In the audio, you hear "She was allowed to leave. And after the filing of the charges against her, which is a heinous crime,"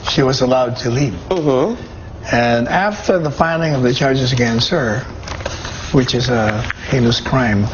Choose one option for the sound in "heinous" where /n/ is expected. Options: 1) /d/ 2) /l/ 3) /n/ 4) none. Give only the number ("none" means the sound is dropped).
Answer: 2